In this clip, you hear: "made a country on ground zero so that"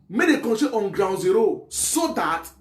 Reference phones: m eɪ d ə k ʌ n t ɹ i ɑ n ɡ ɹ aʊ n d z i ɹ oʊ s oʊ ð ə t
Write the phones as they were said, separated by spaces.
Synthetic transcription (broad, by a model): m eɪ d ə k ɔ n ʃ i ɑ n ɡ ɹ aʊ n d z i ɹ oʊ s oʊ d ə t